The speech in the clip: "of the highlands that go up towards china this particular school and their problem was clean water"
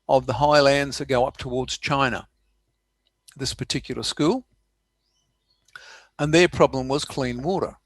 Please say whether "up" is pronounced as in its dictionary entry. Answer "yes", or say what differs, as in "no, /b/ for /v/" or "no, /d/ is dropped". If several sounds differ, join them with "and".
yes